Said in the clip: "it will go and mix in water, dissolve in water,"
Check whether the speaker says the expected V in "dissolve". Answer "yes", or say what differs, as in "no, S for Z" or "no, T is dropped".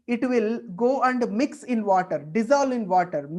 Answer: no, V is dropped